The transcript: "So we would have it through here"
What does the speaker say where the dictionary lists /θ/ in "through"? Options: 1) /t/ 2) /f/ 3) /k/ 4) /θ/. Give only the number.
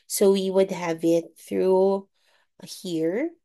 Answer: 4